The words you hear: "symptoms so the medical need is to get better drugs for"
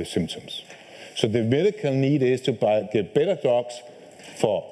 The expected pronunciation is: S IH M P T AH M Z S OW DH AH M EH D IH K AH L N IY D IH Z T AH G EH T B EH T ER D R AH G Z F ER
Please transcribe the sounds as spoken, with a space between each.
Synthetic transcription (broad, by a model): S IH M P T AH M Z S OW DH AH M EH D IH K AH L N IY D IH Z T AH G EH T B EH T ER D AA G S F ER